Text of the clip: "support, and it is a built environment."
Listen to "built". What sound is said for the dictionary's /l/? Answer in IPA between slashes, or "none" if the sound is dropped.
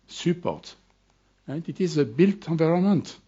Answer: /l/